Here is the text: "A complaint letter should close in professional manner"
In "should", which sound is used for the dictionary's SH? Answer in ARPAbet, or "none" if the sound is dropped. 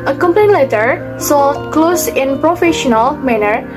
S